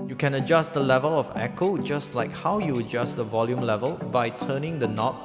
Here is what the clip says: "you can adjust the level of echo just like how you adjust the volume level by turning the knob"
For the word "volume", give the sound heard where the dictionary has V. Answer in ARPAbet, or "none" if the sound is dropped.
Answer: V